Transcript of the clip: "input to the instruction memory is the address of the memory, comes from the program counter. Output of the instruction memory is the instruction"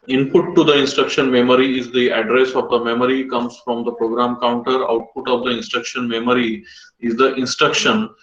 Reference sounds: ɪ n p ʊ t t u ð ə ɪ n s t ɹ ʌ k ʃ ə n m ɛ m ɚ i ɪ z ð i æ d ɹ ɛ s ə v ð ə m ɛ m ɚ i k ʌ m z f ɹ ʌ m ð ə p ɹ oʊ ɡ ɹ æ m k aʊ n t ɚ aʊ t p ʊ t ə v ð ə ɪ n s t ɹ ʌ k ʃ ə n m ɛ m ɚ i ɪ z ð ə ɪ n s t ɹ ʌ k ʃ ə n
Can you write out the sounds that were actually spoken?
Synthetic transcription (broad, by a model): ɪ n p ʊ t t u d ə ɪ n s t ɹ ʌ k ʃ ə n m ɛ m ɚ i ɪ z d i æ d ɹ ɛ s ə v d ə m ɛ m ɚ i k ʌ m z f ɹ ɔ m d ə p ɹ oʊ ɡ ɹ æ m k aʊ n t ɚ aʊ t p ʊ t ə v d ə ɪ n s t ɹ ʌ k ʃ ə n m ɛ m ɚ i ɪ z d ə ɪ n s t ɹ ʌ k ʃ ə n